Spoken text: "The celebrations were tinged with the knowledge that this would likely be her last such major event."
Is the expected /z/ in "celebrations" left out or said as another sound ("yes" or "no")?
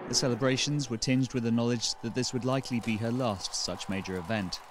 no